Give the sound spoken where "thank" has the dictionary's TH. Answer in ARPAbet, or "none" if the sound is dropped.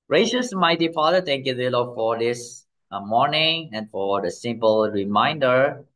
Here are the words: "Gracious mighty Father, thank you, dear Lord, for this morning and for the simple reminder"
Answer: T